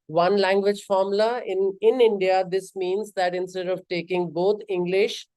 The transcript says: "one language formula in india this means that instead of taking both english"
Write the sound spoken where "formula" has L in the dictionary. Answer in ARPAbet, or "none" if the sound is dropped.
none